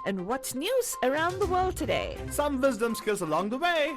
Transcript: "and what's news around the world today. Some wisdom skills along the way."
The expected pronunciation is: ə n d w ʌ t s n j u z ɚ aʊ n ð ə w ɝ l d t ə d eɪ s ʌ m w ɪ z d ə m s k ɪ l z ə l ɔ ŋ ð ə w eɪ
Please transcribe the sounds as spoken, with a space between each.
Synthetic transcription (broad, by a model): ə n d w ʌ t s n j u z ɚ aʊ n ð ə w ɝ l d t ə d eɪ s ʌ m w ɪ z d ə m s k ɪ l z ə l ɔ ŋ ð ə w eɪ